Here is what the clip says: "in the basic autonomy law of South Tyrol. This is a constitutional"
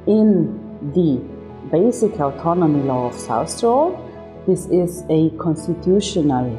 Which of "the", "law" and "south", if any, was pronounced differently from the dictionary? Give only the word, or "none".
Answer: south